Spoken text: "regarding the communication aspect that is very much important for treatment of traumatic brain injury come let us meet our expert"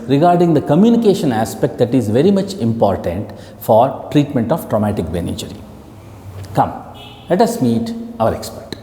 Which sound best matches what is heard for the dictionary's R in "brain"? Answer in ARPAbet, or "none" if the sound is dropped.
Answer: none